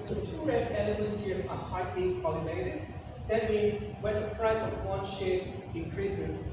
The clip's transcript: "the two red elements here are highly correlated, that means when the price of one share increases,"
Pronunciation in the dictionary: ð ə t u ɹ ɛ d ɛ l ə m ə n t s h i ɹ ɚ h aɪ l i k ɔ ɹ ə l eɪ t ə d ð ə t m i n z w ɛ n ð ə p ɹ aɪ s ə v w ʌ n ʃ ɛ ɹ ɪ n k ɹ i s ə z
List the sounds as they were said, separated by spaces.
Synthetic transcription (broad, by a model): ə t u ɹ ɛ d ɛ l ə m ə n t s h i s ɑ h aɪ l i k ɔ l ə n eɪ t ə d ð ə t m i n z w ɛ n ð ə p ɹ aɪ s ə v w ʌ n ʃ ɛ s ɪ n k ɹ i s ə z